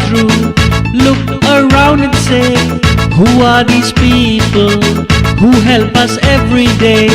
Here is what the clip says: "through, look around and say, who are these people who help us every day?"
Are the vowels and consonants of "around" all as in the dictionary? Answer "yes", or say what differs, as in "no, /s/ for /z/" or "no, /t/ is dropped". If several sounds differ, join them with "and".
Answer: yes